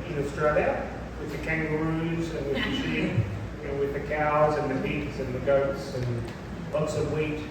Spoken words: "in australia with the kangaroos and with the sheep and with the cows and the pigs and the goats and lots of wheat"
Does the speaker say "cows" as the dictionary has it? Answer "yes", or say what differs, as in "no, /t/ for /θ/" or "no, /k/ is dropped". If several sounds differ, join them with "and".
yes